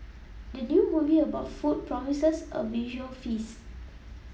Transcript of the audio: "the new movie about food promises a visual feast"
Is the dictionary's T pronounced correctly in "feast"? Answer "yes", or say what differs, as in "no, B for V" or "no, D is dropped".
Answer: no, T is dropped